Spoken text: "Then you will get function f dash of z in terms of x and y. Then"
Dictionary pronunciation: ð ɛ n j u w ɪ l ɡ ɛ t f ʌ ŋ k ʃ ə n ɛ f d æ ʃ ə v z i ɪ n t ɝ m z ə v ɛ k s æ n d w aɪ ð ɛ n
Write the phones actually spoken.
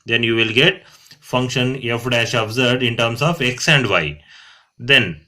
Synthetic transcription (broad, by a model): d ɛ n j u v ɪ l ɡ ɛ t f ʌ ŋ k ʃ ə n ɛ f d æ ʃ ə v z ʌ ɪ n t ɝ m s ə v ɛ k s æ n d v aɪ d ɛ n